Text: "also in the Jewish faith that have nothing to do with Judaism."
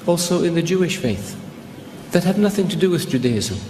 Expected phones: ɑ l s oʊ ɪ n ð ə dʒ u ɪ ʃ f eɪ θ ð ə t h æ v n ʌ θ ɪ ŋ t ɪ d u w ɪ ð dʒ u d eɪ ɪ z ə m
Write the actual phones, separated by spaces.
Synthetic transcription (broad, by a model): ɑ l s oʊ ɪ n ð ə dʒ u ɪ ʃ f eɪ θ ð ə t h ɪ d n ʌ θ ɪ ŋ t ɪ d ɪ w ɪ ð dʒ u d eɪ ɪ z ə